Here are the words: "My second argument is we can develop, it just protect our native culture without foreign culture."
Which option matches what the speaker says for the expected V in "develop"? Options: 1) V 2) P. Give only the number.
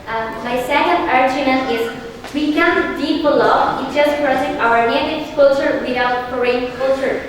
2